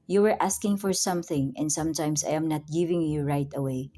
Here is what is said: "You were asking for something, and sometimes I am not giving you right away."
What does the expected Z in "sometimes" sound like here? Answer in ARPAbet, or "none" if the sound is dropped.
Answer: S